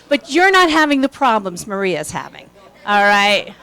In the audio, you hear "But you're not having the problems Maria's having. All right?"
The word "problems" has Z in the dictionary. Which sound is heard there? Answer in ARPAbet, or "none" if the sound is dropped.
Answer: Z